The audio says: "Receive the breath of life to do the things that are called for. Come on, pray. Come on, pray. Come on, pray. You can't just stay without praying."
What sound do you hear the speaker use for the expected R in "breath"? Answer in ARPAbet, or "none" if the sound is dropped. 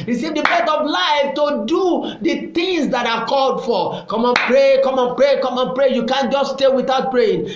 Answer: none